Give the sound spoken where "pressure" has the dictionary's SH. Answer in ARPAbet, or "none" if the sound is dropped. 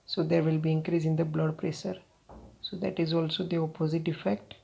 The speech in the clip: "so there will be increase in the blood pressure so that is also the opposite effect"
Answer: S